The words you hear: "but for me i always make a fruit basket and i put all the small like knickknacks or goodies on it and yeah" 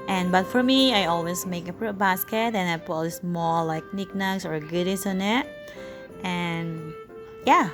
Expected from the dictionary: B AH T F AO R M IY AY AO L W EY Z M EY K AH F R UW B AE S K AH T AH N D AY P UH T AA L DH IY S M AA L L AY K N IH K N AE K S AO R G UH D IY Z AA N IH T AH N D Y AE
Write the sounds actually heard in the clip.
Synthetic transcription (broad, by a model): B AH T F AO R M IY AY AO L W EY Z M EY K AH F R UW B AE S K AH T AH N AY P UH T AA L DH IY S M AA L L AY K N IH K N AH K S AO R G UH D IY S AA N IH T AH N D Y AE